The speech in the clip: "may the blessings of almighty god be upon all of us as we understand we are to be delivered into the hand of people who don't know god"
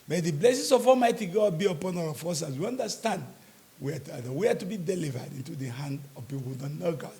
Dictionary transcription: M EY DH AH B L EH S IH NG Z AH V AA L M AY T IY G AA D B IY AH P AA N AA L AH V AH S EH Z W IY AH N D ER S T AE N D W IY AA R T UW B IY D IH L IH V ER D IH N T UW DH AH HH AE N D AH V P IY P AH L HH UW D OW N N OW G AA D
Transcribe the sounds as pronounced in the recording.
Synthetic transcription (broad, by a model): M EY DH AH B L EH S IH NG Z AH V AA M AY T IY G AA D B IY AH P AA N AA W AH F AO S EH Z W IY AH N D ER S T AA N D W IY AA W T UW B IY D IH L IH V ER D IH N T UW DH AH HH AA N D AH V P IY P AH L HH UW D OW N N OW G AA